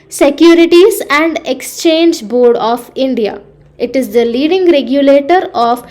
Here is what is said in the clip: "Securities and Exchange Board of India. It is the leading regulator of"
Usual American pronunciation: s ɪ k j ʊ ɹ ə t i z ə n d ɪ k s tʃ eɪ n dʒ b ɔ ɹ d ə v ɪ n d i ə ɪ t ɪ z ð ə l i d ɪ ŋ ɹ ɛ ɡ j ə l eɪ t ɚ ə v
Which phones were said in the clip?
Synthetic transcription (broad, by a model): s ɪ k j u ɹ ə t i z ə n d ɪ k s tʃ eɪ n dʒ b ɔ ɹ d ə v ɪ n d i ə ɪ t ɪ z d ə l i d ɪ ŋ ɹ ɛ ɡ j ə l eɪ t ɚ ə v